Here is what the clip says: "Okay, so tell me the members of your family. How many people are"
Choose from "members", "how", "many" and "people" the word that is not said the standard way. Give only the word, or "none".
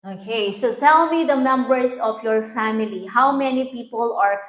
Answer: members